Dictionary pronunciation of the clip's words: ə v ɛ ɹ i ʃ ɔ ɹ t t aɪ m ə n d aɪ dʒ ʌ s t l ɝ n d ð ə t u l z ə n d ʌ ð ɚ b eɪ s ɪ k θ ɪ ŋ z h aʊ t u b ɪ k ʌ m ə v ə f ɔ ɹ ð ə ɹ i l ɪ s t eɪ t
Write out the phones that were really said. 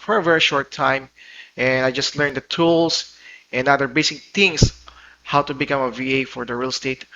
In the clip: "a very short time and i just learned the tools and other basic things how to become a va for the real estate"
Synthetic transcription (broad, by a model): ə v ɛ ɹ i ʃ ɔ ɹ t t aɪ m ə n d aɪ dʒ ʌ s t l ɝ n d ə t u l s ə n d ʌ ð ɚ b eɪ s ɪ k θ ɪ ŋ s h aʊ t u b ɪ k ʌ m ə v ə f ɔ ɹ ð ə ɹ i l s t eɪ t